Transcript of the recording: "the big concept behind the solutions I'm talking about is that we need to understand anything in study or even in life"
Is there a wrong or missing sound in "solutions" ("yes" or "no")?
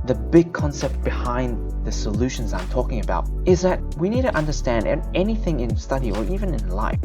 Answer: no